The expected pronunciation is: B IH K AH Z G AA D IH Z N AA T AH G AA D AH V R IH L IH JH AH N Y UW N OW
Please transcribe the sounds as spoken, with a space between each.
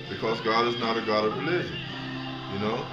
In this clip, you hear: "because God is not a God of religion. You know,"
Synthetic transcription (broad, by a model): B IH K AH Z G AA D IH Z N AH T AH G AA D AH V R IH L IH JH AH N Y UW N OW